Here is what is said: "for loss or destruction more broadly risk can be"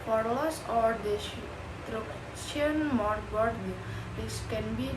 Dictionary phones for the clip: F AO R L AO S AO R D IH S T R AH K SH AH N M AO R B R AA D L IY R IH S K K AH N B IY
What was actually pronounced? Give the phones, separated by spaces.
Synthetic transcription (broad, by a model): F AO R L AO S AO R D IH T R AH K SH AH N M AO R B AA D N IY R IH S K K AH N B IY